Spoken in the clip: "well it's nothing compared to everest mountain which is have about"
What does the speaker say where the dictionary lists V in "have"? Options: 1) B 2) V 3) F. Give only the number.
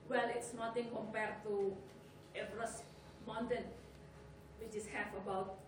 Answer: 3